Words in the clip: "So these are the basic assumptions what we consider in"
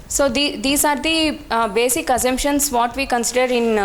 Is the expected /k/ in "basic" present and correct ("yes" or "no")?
yes